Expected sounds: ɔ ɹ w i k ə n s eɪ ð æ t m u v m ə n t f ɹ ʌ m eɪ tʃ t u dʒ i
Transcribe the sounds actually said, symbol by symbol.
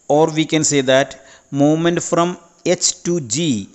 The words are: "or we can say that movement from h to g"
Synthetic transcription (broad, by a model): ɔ ɹ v i k ə n s eɪ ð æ t m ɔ m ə n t f ɹ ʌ m eɪ tʃ t u dʒ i